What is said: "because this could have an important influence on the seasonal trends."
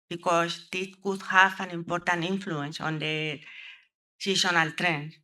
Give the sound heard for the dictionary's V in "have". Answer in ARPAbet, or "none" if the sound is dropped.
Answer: F